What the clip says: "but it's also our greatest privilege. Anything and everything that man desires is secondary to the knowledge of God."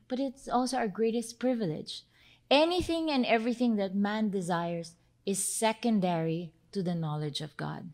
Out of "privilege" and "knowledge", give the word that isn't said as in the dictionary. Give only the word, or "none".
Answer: none